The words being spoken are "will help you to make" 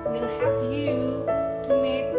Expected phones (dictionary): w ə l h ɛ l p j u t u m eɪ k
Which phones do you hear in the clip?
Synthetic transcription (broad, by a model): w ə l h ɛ p j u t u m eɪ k